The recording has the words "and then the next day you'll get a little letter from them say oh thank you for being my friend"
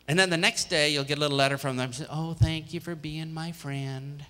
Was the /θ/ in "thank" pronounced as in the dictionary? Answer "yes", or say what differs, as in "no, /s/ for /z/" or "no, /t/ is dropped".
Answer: yes